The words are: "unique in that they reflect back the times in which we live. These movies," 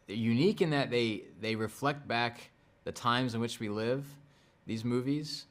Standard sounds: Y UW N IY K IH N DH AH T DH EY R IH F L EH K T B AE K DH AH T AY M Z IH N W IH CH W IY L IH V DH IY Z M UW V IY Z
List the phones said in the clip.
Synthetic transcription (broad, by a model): Y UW N IY K IH N DH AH T DH EY R IH F L EH K T B AE K DH AH T AY M Z IH N W IH CH W IY L IH V DH IY Z M UW V IY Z